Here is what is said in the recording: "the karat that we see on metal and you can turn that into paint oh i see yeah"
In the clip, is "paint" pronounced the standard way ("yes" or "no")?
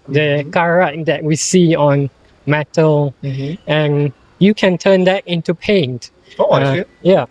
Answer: yes